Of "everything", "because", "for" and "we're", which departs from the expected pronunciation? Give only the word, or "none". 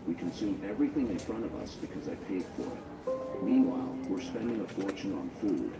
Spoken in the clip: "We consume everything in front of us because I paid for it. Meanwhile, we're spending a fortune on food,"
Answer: none